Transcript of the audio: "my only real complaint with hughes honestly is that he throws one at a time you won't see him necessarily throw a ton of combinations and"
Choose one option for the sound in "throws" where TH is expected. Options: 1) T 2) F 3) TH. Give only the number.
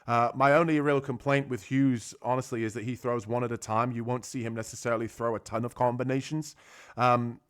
3